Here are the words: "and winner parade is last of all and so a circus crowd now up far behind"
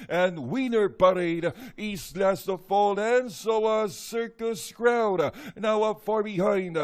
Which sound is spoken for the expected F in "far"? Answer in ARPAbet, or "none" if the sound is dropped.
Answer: F